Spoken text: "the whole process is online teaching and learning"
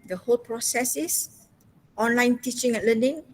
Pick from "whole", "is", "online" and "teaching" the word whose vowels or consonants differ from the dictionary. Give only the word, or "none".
is